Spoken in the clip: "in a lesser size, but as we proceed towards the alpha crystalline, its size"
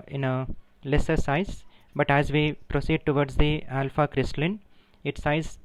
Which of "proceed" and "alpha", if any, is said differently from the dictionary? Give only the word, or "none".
none